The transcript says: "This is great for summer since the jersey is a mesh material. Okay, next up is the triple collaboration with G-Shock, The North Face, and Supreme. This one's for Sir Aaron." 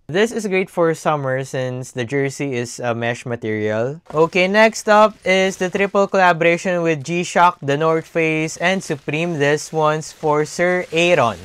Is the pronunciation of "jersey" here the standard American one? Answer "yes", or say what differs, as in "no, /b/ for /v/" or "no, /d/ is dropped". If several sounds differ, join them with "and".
no, /s/ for /z/